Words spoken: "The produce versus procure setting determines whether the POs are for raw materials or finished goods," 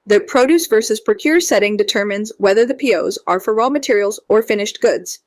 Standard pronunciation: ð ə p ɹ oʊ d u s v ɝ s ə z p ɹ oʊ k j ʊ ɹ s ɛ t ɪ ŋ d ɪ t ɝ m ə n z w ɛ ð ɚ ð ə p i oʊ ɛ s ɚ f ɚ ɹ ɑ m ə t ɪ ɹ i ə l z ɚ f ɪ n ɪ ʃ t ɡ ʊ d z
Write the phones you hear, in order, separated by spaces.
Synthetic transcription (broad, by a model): ð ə p ɹ oʊ d u s v ɝ s ə z p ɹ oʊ k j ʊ ɹ s ɛ t ɪ ŋ d ɪ t ɝ m ə n z w ɛ ð ɚ ð ə p i oʊ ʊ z ɚ f ɚ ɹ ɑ m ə t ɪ ɹ i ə l z ɚ f ɪ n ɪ ʃ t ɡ ʊ d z